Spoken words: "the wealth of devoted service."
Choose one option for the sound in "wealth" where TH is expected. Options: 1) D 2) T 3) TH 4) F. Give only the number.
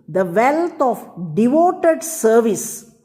2